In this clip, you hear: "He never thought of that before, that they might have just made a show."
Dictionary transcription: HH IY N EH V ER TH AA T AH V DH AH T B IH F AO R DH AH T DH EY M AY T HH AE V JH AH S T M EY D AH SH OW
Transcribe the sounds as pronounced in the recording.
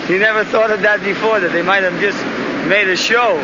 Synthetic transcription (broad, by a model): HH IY N EH V ER TH AA T AH V DH AH T B IH F AO R DH AH T DH EY M AY T HH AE V JH AH S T M EY D AH SH OW